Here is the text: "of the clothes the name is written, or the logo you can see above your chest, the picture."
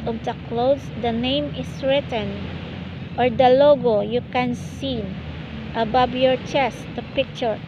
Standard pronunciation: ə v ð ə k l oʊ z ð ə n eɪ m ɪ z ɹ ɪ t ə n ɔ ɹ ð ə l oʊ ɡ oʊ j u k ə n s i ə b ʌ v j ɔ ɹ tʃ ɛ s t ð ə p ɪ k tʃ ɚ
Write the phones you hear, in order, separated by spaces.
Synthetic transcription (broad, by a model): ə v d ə k l oʊ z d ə n eɪ m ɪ s ɹ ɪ t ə n ɔ ɹ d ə l oʊ ɡ oʊ j u k ə n s i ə b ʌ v j ɔ ɹ tʃ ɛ s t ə p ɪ k tʃ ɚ